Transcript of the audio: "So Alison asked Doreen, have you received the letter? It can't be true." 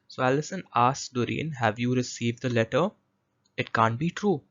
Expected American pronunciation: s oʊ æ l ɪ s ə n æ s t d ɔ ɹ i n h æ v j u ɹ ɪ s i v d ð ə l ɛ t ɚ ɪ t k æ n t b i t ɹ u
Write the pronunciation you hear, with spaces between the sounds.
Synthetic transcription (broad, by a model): s oʊ æ l ɪ s ə n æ s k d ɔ ɹ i n h æ v j u ɹ ɪ s i v d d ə l ɛ t ɚ ɪ t k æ n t b i t ɹ u